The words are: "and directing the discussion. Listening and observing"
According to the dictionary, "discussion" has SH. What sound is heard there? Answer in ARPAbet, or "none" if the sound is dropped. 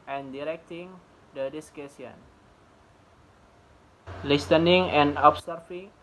S